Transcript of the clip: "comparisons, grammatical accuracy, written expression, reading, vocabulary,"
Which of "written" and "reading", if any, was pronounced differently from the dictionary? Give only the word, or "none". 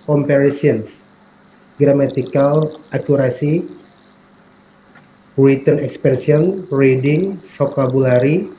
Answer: written